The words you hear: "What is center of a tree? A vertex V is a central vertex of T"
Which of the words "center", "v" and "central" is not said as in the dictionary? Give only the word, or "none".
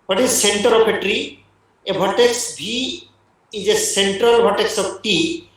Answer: v